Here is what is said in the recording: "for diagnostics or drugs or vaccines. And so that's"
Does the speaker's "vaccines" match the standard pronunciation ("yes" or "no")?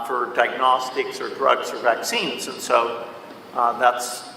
yes